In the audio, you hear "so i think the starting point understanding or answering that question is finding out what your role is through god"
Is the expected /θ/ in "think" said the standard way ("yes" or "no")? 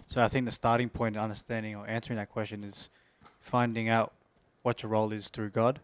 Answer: yes